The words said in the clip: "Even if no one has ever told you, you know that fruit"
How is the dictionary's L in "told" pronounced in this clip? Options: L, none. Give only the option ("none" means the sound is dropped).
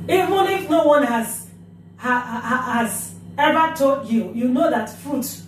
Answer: none